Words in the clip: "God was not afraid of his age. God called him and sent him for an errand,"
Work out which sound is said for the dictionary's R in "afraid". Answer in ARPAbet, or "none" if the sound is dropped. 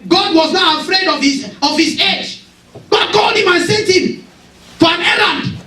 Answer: R